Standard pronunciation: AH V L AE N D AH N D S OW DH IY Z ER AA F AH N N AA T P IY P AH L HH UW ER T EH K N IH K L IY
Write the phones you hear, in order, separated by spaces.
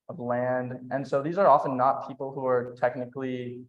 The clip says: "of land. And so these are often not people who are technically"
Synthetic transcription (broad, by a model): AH V L AE N D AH N S OW DH IY Z ER AA F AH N N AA T P IY P L HH UW ER T EH K N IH K L IY